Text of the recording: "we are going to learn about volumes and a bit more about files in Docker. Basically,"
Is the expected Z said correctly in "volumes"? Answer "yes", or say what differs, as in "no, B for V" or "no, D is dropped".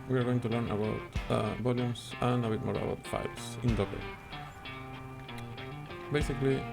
no, S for Z